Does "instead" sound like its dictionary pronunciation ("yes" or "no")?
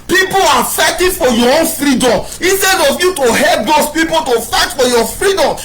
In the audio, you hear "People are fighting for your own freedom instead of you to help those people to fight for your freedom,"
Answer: no